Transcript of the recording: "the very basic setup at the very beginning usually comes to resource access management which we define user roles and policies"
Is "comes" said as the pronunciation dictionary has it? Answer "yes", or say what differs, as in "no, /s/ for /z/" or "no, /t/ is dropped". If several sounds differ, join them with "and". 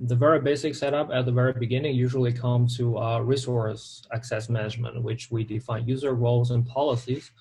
no, /z/ is dropped